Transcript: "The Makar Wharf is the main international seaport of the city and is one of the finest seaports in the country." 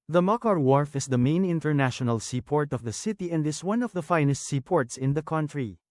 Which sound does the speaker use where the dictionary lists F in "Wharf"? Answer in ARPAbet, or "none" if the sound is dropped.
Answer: F